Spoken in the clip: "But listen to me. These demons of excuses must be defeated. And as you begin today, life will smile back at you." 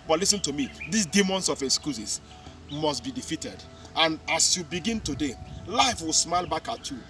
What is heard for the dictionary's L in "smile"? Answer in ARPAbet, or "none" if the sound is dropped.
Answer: L